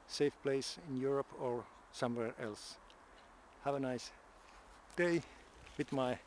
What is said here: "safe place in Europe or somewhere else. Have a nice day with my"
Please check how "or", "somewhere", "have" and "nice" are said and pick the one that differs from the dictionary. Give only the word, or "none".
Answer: none